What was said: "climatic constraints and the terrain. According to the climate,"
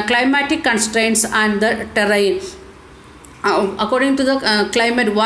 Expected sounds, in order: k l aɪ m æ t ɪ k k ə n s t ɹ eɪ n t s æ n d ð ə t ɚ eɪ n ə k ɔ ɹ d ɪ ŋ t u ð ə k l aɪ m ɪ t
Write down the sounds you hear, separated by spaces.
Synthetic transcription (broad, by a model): k l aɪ m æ t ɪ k k ə n s t ɹ eɪ n t s æ n d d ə t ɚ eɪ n ə k ɔ ɹ d ɪ ŋ t u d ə k l aɪ m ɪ t